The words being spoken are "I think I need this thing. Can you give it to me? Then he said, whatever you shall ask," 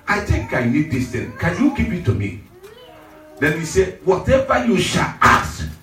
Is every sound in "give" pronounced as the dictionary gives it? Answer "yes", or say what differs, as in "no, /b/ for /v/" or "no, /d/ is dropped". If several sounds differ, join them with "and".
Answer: no, /p/ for /v/